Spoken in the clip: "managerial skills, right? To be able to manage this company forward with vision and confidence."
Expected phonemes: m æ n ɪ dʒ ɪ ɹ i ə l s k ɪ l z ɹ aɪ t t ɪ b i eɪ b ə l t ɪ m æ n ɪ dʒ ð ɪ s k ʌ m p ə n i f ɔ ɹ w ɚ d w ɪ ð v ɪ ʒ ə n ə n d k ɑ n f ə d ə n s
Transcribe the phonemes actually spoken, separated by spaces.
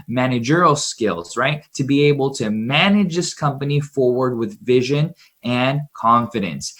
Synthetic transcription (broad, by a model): m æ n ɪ dʒ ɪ ɹ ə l s k ɪ l z ɹ aɪ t t ɪ b i eɪ b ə l t ɪ m æ n ɪ dʒ ð ɪ s k ʌ m p ə n i f ɔ ɹ w ɚ d w ɪ ð v ɪ ʒ ə n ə n k ɑ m f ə d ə n s